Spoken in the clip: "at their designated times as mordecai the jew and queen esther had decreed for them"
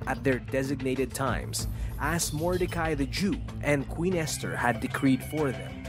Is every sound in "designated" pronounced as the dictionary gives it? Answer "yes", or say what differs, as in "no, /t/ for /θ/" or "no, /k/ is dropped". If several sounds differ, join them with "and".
yes